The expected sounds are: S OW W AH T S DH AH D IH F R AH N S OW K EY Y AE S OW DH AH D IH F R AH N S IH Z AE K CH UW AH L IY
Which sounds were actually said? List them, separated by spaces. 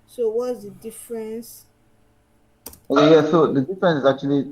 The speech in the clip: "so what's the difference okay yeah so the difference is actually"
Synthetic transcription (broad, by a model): S OW W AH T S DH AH D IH F R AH N S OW AO Y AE S OW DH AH D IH F R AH N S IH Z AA K CH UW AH L IY